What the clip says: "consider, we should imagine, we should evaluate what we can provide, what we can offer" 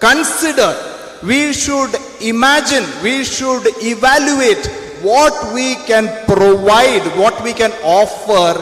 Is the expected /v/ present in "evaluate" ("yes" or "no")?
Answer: yes